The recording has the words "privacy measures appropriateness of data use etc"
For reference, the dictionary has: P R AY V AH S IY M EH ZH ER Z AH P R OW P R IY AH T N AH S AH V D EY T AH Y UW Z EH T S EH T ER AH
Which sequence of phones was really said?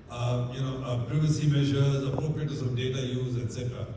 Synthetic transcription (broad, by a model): P R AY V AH S IY M EH ZH ER Z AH P R OW P R IY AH T AH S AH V D EY T AH Y UW Z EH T S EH T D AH